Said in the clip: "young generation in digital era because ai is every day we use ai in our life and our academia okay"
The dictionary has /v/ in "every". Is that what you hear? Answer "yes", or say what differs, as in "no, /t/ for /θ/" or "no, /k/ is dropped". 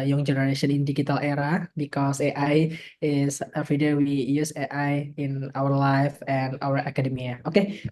no, /f/ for /v/